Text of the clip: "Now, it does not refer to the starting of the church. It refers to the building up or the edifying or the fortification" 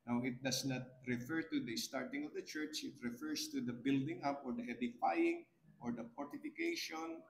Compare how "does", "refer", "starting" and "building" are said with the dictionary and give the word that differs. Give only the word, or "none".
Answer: does